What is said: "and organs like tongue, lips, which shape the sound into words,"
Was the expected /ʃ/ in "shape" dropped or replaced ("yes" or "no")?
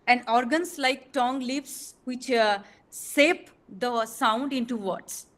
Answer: yes